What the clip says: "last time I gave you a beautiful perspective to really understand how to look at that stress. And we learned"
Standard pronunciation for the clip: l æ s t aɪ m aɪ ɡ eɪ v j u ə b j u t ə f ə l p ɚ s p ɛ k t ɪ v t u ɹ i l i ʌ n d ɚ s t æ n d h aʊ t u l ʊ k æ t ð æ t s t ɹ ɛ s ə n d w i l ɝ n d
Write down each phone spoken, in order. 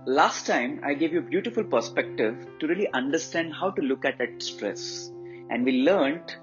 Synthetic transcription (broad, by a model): l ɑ s t aɪ m aɪ ɡ eɪ v j u ə b j u t ə f ə l p ɚ s p ɛ k t ɪ v t u ɹ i l i ʌ n d ɚ s t æ n d h aʊ t u l ʊ k æ t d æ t s t ɹ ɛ s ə n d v i l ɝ n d